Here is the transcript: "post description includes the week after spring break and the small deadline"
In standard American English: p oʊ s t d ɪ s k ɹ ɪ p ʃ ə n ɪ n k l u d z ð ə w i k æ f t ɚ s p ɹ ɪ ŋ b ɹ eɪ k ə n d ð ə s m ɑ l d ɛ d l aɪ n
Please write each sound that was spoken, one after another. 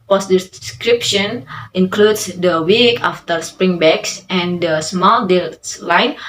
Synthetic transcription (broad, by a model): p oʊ s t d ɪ s k ɹ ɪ p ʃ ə n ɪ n k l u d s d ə w i k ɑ f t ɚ s p ɹ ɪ ŋ b eɪ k ə n d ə s m ɑ l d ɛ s l aɪ n